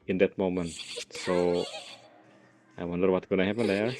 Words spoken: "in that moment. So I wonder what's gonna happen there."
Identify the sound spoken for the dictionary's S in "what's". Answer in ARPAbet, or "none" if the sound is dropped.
none